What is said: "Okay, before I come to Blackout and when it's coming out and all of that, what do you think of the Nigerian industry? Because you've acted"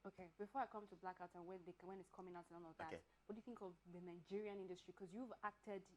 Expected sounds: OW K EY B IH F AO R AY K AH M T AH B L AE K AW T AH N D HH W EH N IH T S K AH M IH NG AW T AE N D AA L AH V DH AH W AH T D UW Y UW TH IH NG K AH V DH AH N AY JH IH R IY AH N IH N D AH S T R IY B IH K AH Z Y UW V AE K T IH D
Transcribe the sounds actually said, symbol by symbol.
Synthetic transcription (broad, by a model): OW K EY B IH F AO R AY K AH M T AH B L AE K AW T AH N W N W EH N IH T S K AH M IH NG AW T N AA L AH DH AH W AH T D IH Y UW TH IH NG K AH V DH AH N AY JH IH R IY AH N IH N D AH S T R IY K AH Z Y UW V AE K T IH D